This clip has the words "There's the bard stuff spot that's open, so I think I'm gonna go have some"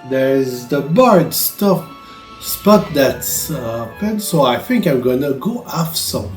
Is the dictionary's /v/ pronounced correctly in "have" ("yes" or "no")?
no